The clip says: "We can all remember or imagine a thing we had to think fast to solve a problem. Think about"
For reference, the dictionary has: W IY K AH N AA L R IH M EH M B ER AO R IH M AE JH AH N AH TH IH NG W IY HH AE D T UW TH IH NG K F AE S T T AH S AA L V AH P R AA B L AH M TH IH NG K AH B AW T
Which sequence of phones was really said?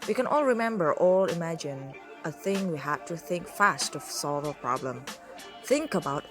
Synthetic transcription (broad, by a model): W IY K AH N AA L R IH M EH M B ER AO L IH M AE JH AH N AH TH IH NG W IY HH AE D T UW TH IH NG K F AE S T T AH S AA L V AH P R AA B L AH M TH IH NG K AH B AW T